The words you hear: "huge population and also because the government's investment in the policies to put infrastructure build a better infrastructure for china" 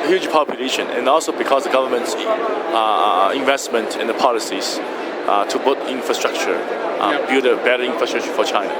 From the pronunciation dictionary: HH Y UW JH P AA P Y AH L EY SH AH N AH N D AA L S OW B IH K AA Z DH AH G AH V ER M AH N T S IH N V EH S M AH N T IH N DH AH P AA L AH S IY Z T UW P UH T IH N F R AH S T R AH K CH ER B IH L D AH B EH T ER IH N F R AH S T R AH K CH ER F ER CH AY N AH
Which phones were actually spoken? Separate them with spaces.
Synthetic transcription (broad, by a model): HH Y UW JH P AA P Y AH L EY SH AH N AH N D AA L S OW B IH K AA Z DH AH G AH V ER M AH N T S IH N V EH S M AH N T IH N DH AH P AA L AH S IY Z T UW B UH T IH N F R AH S T R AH K CH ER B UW D AH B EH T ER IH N F R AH S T R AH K CH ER F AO CH AY N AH